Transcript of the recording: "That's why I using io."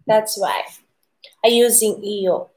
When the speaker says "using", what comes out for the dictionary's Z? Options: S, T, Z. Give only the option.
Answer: Z